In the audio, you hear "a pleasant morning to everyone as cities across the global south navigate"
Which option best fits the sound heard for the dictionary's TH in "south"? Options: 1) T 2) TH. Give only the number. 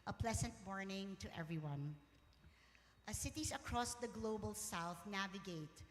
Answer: 2